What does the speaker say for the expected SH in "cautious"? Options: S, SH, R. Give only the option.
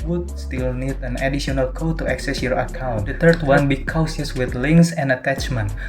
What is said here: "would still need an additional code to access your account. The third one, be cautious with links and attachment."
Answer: S